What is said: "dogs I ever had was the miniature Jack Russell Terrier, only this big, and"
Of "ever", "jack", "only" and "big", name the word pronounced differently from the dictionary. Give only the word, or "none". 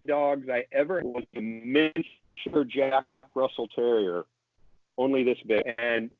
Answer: big